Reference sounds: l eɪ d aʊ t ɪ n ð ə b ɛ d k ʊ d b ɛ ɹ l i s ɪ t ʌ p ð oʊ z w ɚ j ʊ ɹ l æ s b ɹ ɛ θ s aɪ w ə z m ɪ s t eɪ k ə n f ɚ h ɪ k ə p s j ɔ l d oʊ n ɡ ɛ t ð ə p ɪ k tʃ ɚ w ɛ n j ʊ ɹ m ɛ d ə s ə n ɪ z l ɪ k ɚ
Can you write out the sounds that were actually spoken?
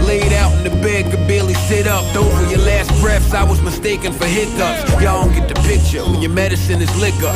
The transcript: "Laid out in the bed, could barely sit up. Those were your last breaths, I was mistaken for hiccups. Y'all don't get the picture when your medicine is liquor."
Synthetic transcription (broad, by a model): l eɪ d aʊ t n ð ə b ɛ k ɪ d b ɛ l i s ɪ t ʌ p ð oʊ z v j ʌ ɹ l æ s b ɹ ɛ f s aɪ w ə z m ɪ s t eɪ k ə n f ɚ h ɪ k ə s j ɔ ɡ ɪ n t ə p ɪ k tʃ ɚ w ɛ n j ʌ ɹ m ɛ d ə s ə n ɪ z l ɪ k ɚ